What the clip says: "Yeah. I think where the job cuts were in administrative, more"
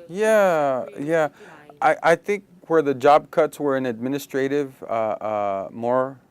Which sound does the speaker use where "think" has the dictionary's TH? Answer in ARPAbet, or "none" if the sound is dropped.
TH